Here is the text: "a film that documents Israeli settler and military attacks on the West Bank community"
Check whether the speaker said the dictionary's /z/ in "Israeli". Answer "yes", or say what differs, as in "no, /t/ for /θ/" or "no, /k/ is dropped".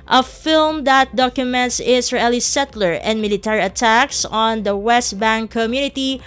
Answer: no, /s/ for /z/